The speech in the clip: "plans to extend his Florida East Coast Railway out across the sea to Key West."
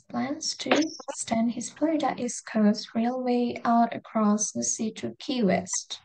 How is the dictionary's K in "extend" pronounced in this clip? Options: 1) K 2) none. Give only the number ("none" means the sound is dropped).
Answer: 2